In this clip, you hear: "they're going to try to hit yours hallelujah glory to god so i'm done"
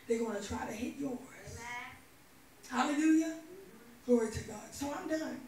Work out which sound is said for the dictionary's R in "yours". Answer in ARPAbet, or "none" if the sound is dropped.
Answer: W